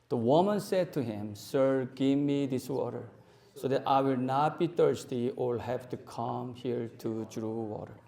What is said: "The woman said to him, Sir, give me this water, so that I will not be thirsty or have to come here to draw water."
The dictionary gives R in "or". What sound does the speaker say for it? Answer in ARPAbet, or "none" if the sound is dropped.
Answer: L